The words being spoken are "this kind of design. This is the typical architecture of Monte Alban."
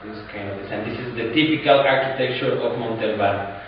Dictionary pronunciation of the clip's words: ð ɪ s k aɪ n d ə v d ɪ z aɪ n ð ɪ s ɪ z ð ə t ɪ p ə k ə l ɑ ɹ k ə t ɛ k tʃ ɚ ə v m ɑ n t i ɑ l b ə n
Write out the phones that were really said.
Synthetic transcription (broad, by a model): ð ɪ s k aɪ n d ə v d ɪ s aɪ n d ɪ s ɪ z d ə t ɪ p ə k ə l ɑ ɹ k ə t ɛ k tʃ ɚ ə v m ɑ n t i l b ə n